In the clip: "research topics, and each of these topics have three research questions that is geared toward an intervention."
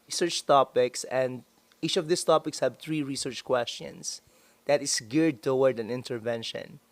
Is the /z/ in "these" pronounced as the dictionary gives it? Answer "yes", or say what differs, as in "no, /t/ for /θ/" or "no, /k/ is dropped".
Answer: no, /s/ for /z/